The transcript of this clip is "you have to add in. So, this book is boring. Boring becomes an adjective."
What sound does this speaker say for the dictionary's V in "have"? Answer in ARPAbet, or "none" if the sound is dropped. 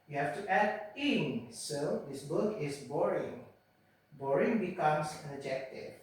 F